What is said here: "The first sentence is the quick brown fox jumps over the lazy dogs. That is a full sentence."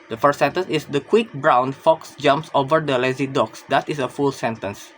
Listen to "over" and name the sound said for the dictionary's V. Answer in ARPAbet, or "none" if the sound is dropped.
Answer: V